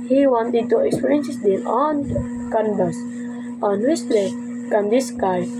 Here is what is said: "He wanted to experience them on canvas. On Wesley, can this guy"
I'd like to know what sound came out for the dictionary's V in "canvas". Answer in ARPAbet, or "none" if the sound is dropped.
B